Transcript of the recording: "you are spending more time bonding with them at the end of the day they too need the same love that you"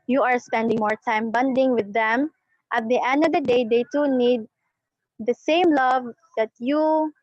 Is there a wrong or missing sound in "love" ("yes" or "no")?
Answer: no